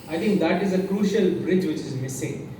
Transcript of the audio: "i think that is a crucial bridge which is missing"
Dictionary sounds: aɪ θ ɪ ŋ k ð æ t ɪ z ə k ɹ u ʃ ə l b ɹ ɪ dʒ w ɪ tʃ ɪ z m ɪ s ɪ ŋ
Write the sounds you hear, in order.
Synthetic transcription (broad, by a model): aɪ t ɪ ŋ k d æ t ɪ z ə k ɹ u ʃ ə l b ɹ ɪ dʒ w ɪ tʃ ɪ z m ɪ s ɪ ŋ